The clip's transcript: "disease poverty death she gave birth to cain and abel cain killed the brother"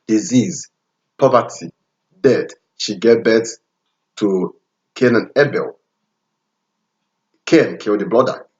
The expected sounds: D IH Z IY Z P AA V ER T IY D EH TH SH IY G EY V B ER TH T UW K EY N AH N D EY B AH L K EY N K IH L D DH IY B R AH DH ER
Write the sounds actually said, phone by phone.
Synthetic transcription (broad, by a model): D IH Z IY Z P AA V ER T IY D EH T SH IY G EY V B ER T T UW K EY N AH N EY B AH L K EY N K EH N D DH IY B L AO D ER